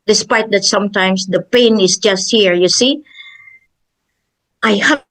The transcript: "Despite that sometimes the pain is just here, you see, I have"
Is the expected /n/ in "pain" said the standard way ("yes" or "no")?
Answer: yes